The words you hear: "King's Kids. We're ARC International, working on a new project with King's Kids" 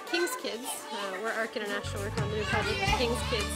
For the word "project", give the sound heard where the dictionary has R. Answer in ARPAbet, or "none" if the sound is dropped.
none